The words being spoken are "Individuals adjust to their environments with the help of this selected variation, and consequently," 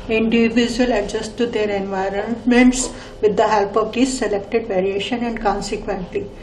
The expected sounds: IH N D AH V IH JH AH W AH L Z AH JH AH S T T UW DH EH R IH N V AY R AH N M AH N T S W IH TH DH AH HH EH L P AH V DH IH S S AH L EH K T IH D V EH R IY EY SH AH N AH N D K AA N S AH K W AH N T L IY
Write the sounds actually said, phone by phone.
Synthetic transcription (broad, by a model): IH N D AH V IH JH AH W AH L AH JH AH S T T UW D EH R IH N V AY R AH N M AH N T S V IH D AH HH EH L P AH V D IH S S AH L EH K T IH D V EH R IY EY SH AH N AH N D K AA N S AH K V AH N T L IY